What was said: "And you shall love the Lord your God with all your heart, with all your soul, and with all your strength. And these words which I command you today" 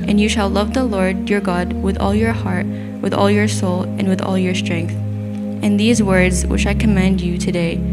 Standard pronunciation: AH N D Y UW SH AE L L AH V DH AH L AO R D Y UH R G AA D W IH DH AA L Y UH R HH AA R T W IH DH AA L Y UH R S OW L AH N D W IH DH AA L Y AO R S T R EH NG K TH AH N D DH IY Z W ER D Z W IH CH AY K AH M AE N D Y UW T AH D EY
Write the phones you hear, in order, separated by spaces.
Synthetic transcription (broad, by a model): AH N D Y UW SH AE L L AH V DH AH L AO R D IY R G AA D W IH DH AA L Y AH R HH AA R T W IH DH AA L Y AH R S OW L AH N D W IH DH AA L Y AO R S T R EH NG K TH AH N DH IY Z W ER D Z W IH CH AY K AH M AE N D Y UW T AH D EY